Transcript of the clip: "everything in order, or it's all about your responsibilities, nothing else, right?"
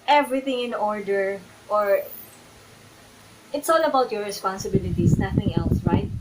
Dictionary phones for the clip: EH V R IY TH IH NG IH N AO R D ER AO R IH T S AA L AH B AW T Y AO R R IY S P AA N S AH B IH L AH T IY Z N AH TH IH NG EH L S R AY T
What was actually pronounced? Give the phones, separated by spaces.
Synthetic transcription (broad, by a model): EH V R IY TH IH NG IH N AO R D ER AO R IH T S AA L AH B AW T Y AO R R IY S P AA N S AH B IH L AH T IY S N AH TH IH NG EH L S R AY T